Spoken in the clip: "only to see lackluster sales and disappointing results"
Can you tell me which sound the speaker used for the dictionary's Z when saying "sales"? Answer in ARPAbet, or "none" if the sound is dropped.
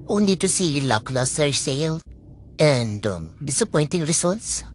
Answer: none